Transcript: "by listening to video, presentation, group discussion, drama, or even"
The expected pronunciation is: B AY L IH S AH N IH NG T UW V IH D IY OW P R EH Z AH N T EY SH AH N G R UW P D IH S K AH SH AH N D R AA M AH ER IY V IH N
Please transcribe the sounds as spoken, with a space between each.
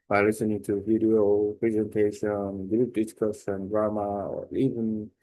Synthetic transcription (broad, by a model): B AY L IH S AH N IH NG T UW V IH D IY OW P R EH Z AH N T EY SH AH N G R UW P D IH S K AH S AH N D R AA M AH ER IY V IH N